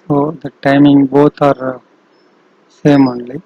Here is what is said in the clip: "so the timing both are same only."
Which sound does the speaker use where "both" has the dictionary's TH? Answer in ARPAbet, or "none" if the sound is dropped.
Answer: T